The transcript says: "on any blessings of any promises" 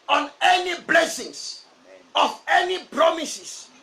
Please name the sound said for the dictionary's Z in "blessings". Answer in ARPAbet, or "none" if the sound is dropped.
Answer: S